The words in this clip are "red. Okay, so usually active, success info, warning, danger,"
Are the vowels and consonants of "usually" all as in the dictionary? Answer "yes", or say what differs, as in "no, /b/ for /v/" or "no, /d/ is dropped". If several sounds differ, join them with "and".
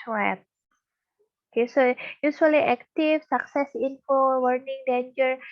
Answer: no, /s/ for /ʒ/